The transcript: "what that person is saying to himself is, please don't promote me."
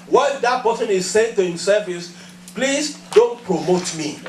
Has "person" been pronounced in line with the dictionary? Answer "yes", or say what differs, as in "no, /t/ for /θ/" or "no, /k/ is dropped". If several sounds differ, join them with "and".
no, /b/ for /p/